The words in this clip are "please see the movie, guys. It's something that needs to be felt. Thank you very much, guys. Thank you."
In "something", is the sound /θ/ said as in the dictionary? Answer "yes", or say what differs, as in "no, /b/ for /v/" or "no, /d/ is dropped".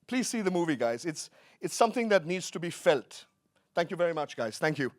yes